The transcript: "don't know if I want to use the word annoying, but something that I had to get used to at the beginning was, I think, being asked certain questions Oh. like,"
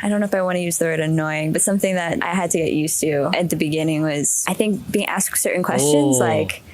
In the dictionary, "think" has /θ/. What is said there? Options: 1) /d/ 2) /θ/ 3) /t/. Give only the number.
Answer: 2